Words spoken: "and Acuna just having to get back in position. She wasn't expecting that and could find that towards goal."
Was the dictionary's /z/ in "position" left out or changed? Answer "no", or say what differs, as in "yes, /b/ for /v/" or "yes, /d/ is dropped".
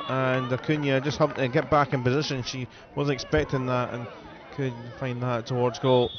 no